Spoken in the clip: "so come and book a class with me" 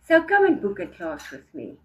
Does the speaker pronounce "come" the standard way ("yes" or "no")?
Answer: no